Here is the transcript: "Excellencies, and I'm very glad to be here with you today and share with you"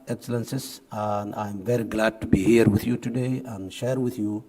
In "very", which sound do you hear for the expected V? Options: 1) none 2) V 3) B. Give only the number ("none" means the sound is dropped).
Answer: 2